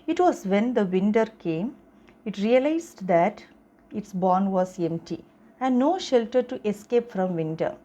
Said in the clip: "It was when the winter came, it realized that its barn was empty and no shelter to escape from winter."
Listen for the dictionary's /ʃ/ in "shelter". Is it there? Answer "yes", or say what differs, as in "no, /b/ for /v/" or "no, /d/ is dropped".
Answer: yes